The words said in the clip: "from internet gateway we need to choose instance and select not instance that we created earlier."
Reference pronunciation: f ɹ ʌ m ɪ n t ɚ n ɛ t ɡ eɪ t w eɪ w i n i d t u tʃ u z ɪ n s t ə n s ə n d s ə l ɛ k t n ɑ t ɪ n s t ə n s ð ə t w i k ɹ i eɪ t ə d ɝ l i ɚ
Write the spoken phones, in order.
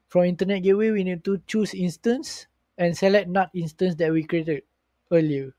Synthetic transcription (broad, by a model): f ɹ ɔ m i n t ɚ n ɛ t ɡ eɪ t w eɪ w i n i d t u tʃ u s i n s t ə n s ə n s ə l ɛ t n ɑ t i n s t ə n s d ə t w i k ɹ i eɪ t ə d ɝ l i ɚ